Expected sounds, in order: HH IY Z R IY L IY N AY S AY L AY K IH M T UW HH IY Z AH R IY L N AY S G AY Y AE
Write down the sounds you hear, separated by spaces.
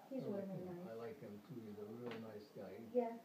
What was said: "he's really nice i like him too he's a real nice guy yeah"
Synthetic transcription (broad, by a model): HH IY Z W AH N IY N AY AY L AY K IH M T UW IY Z AH R IY L N AY S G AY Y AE